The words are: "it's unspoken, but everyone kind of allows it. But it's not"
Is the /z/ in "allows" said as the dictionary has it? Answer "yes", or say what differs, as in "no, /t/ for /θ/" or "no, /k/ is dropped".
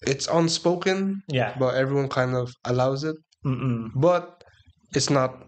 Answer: yes